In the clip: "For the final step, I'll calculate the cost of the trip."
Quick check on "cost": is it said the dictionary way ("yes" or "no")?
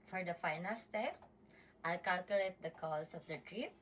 no